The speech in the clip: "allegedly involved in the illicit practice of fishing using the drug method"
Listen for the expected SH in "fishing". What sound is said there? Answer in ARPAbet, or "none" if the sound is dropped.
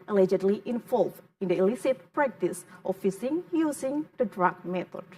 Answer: S